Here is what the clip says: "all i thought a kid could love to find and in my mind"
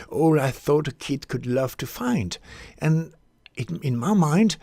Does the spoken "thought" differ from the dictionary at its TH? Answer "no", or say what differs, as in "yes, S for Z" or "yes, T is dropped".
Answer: no